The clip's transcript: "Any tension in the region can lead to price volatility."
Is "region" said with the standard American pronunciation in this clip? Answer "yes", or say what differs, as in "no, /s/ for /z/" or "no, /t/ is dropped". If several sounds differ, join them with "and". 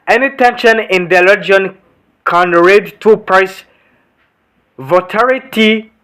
no, /l/ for /ɹ/